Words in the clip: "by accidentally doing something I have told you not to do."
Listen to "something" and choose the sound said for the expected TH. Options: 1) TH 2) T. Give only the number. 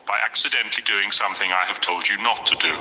1